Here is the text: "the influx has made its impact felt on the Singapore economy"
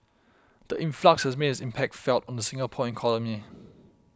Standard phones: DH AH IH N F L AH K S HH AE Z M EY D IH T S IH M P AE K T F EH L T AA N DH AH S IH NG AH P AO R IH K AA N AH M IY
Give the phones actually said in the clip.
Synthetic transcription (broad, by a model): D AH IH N F L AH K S HH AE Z M EY D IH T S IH M P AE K T F EH L T AA N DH AH S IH NG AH P AO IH K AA L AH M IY